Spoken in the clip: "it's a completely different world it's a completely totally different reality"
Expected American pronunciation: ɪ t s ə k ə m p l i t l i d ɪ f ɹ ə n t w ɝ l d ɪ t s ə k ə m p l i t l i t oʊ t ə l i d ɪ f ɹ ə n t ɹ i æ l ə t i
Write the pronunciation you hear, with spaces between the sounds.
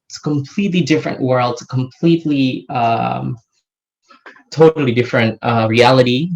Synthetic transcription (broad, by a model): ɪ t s ə k ə m p l i t l i d ɪ f ɹ ə n t w ɝ l d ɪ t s ə k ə m p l i t l i t oʊ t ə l i d ɪ f ɹ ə n t ɹ i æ l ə t i